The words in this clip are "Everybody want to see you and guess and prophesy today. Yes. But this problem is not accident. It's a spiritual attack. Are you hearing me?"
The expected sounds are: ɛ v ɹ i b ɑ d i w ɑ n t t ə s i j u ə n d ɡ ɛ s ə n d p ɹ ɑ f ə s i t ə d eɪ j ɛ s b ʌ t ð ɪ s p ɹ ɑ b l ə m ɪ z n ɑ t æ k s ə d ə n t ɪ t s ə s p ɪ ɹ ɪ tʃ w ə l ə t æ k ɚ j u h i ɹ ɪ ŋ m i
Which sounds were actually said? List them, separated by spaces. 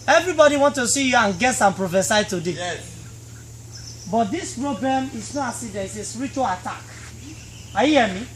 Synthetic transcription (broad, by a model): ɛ v ɹ i b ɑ d i w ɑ n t t ə s i j u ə n ɡ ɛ s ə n p ɹ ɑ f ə s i t ə d eɪ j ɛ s b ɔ t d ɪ s p ɹ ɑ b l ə m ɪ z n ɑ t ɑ s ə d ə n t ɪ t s ə s p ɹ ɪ tʃ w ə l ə t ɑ k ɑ j u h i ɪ m i